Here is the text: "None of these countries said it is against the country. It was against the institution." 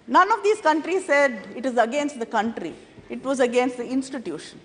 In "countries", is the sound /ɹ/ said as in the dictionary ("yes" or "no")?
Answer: yes